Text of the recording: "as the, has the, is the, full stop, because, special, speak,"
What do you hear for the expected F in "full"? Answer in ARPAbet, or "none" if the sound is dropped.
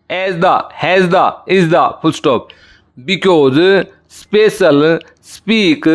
P